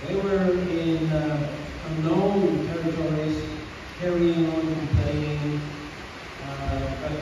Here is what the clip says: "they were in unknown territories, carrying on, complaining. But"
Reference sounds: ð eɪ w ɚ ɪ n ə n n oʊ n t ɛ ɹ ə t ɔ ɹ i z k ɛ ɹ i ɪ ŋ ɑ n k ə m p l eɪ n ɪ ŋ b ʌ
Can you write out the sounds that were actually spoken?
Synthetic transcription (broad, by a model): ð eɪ w ɚ ɪ n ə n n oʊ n t ɛ ɹ ə t ɔ ɹ i z k ɛ ɹ i ɪ ŋ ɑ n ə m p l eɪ ɪ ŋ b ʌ